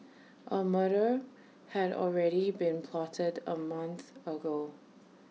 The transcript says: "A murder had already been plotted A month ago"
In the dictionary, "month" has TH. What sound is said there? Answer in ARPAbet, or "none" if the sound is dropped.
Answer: TH